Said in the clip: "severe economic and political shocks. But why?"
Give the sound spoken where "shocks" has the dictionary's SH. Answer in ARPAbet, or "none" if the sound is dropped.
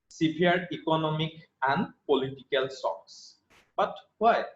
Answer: S